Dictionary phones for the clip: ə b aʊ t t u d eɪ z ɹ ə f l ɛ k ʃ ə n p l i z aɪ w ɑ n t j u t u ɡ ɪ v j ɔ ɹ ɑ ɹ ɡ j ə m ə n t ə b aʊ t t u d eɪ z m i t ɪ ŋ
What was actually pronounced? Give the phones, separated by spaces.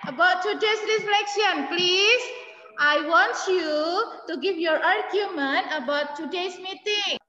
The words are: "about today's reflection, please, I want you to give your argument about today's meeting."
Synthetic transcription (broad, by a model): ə b aʊ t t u d eɪ s ɹ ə f l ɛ k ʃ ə n p l i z aɪ w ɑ n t j u t u ɡ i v j ɔ ɹ ɑ ɹ ɡ j ə m ə n t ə b aʊ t t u d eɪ s m i t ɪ ŋ